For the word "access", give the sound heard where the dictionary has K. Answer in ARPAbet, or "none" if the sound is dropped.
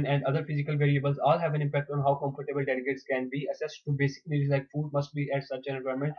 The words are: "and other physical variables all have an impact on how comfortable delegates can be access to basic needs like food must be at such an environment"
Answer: none